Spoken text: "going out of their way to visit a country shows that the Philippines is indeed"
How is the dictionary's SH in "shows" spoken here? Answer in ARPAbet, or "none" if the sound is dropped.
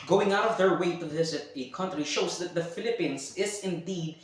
SH